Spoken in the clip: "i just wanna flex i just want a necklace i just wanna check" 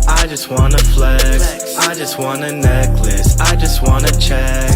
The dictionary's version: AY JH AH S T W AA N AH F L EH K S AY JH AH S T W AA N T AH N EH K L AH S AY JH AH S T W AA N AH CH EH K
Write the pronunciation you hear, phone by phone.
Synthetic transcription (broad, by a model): AY JH AH S T W AA N AH F L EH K AY JH AH S T W AA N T AH N EH K L AH S AY JH AH S T W AA N AH CH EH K